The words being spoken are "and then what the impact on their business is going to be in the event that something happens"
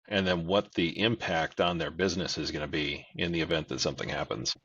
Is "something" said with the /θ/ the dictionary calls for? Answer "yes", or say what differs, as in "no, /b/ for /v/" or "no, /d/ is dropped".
yes